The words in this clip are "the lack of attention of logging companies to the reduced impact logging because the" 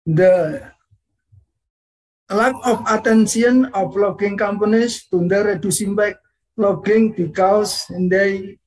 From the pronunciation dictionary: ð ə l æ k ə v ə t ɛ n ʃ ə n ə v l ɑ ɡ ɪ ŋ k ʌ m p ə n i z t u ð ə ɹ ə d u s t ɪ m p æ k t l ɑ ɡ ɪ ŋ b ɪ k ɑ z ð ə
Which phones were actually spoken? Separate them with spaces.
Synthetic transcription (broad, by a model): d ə l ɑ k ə f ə t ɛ n s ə n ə f l ɑ ɡ ɪ ŋ k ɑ m p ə n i s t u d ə ɹ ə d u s ɪ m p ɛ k l ɑ ɡ ɪ ŋ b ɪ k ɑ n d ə